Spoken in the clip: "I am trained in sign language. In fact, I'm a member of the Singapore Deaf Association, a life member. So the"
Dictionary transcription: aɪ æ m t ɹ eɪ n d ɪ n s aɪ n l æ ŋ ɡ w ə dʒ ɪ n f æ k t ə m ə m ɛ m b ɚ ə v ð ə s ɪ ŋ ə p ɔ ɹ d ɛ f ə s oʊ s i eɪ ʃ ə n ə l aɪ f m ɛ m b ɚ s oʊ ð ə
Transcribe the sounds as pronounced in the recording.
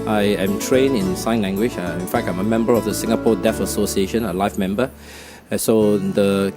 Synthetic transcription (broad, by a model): aɪ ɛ m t ɹ eɪ n ɪ n s aɪ n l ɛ ŋ ɡ w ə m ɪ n f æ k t ə m ə m ɛ m b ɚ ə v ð ə s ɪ ŋ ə p ɔ d ɛ f ə s oʊ s i eɪ ʃ ə n ə l aɪ f m ɛ m b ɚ s oʊ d ə